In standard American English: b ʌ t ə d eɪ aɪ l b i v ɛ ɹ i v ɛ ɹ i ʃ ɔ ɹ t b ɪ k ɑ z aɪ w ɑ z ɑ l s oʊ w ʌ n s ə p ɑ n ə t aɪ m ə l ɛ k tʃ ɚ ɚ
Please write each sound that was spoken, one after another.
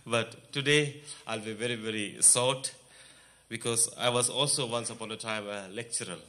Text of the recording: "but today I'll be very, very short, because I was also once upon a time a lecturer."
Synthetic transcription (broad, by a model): b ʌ t ə d eɪ aɪ l b i v ɛ ɹ i v ɛ ɹ i s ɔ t b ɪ k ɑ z aɪ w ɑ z ɑ l s oʊ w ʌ n s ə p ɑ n ə t aɪ m ə l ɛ k tʃ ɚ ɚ